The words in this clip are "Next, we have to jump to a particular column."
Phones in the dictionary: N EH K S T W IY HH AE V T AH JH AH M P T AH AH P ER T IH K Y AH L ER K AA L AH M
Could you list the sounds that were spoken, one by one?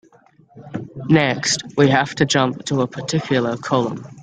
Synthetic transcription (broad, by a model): N EH K S T W IY HH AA F T AH JH AH M P T AH AH P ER T IH K Y L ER K AA L AH M